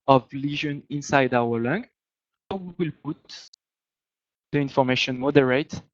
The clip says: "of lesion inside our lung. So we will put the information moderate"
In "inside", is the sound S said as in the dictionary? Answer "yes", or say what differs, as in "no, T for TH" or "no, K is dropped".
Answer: yes